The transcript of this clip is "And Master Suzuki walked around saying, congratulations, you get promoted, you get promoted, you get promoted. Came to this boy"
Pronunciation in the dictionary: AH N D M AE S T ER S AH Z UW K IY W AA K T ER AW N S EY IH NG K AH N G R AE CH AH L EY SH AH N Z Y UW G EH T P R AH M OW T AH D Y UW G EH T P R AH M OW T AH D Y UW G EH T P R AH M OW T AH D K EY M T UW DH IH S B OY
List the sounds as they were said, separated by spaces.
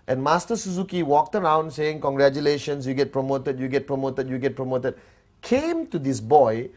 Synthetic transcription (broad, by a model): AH N M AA S T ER S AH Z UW K IY W AA K T ER AW N S EY IH NG K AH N G R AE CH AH L EY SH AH N S Y UW G EH T P R AH M OW T AH D Y UW G EH T P R AH M OW T AH D Y UW G EH T P R AH M OW T AH D K EY M T UW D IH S B OY